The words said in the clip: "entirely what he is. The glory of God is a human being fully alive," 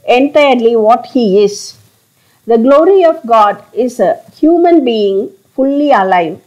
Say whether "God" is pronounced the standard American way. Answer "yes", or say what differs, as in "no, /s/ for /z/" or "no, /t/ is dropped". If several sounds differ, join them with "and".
yes